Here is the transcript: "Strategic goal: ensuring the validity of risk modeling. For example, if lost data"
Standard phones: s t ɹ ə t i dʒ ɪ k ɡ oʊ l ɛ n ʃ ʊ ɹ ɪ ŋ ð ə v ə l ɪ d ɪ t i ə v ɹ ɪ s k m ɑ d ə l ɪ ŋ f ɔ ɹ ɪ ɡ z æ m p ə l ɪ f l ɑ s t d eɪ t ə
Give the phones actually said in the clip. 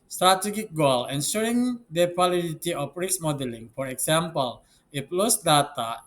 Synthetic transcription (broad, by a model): s t ɹ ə t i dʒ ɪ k ɡ oʊ l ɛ n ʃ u ɹ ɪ ŋ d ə w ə l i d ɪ t i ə f ɹ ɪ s m ɑ d ə l ɪ ŋ f ɔ ɹ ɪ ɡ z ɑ m p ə l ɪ p l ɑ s d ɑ t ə